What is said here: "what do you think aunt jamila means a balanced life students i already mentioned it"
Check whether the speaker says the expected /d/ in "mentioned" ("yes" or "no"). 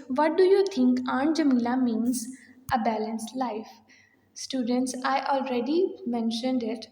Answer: yes